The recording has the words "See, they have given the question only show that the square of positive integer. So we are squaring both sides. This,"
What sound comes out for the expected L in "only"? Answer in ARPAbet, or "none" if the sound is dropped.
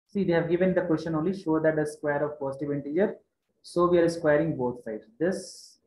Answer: L